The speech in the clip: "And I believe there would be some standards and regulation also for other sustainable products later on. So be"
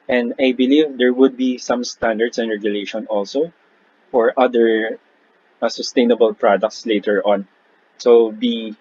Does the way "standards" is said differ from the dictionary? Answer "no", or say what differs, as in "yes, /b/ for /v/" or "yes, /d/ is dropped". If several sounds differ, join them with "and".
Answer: yes, /s/ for /z/